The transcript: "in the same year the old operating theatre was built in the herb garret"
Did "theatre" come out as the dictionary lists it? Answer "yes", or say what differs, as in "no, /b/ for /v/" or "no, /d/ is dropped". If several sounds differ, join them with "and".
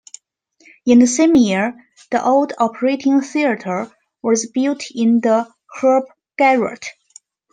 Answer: yes